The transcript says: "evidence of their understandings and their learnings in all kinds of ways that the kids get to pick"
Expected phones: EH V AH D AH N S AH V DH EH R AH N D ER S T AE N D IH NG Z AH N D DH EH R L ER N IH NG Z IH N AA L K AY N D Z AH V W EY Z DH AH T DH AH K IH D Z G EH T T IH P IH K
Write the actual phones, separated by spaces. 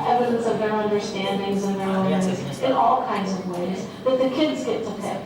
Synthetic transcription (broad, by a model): EH V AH D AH N S AH V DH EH R AH N D ER S T AE N D IH NG Z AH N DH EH R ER IH Z IH N AA L K AY N D Z AH V W EY Z DH AH T DH AH K IH D Z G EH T T IH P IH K